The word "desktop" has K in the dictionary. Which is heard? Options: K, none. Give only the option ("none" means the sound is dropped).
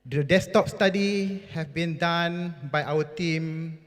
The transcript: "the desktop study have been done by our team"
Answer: none